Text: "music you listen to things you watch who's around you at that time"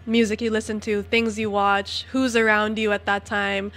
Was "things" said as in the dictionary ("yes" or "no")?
yes